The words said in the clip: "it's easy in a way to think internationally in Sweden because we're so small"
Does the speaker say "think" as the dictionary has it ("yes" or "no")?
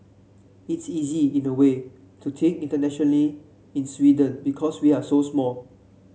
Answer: no